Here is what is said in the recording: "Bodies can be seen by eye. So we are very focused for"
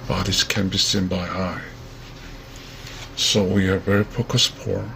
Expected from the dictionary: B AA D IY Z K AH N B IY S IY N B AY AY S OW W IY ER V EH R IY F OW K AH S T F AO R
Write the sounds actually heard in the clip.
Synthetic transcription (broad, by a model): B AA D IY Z K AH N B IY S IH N B AY AY S OW W IY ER V EH R IY P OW K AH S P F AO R